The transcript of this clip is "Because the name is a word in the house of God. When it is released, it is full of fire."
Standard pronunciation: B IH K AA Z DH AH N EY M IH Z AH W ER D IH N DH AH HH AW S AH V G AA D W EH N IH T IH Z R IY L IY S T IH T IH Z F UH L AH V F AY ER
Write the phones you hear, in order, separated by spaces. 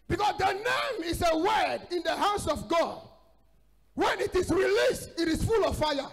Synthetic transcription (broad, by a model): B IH K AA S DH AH N EY M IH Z AH W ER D IH N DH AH HH AW S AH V G AA D W EH N IH T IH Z R IY L IY S T IH T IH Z F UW L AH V F AY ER